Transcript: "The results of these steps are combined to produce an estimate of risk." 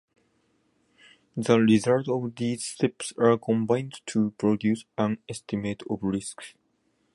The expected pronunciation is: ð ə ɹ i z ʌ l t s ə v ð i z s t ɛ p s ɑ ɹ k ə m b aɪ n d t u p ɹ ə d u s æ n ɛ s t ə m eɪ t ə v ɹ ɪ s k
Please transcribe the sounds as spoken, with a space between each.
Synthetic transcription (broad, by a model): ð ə ɹ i z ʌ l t ə v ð i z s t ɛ p s ɑ ɹ k ə m b aɪ n d t u p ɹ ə d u s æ n ɛ s t ə m eɪ t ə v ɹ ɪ s k